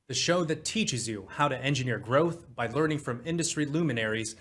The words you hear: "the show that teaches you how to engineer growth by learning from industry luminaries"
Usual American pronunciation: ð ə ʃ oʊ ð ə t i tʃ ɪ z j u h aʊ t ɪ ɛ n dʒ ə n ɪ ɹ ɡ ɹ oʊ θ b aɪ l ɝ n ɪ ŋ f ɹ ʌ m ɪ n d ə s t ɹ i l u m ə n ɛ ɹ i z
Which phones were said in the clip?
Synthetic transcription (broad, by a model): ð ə ʃ oʊ ð ə t i tʃ ɪ z j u h aʊ t ɪ ɛ n dʒ ə n ɪ ɹ ɡ ɹ oʊ θ b aɪ l ɝ n ɪ ŋ f ɹ ʌ m ɪ n d ə s t ɹ i l u m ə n ɛ ɹ i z